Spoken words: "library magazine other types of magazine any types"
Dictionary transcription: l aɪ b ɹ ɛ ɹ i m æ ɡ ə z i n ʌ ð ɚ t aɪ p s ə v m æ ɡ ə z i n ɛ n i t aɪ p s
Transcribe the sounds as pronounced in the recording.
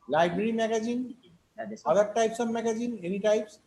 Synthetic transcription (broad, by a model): l aɪ b ɹ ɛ ɹ i m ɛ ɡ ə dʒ i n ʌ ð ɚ t aɪ p s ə b m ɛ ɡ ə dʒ i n ɛ n i t aɪ p s